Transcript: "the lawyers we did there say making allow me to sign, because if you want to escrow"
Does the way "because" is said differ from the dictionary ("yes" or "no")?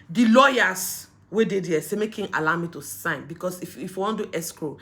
yes